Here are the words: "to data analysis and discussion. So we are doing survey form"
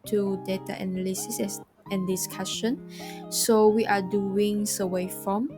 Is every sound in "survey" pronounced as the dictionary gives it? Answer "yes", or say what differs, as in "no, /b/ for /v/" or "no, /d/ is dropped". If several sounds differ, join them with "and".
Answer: no, /w/ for /v/